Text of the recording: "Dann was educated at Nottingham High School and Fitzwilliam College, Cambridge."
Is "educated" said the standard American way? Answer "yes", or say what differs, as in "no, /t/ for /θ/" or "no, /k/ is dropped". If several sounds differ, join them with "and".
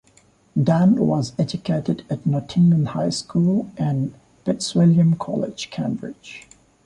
yes